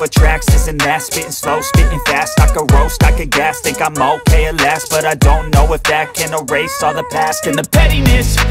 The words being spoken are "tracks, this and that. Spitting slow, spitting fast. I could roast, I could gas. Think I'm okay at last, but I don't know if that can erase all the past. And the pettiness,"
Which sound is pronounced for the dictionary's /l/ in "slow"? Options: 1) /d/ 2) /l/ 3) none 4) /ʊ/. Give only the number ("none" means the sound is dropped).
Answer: 2